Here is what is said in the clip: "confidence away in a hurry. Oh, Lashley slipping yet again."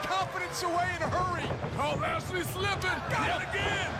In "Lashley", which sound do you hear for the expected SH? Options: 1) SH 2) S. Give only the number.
2